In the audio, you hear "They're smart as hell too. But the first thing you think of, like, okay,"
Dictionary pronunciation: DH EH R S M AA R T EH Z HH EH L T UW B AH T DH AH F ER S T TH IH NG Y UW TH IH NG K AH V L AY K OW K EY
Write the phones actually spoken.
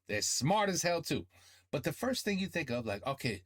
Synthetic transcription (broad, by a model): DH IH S S M AA R T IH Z HH EH L T UW B AH T DH AH F ER S T TH IH NG Y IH TH IH NG K AH V L AY K OW K EY